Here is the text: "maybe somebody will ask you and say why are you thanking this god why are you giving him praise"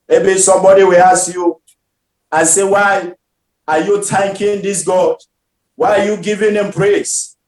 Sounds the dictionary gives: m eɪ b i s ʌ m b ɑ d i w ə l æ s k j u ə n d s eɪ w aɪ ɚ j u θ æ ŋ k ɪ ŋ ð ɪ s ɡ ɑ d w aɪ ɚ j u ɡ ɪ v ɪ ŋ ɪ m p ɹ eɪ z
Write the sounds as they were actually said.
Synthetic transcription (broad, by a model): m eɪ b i s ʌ m b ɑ d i w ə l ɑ s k j u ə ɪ s eɪ w aɪ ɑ j u t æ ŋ k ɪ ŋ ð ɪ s ɡ ɑ d w aɪ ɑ j u ɡ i v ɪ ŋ ɪ m p ɹ eɪ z